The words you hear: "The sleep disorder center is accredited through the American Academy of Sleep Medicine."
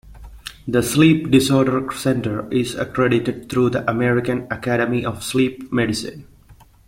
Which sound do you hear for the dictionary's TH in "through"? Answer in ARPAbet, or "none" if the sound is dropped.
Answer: T